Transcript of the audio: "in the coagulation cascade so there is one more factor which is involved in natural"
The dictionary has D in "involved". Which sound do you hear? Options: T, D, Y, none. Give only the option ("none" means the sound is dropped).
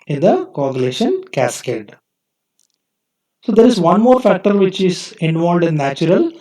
D